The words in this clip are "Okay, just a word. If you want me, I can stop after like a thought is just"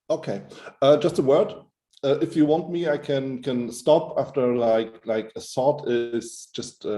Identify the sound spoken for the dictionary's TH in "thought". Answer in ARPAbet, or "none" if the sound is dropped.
S